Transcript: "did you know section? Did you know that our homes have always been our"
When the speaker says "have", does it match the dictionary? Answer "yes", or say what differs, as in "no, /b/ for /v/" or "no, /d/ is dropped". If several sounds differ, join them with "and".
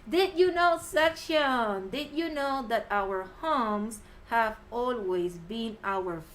yes